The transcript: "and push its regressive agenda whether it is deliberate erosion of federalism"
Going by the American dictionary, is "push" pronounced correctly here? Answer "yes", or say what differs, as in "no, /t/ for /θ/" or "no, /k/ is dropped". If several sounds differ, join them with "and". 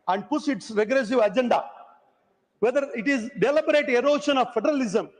no, /s/ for /ʃ/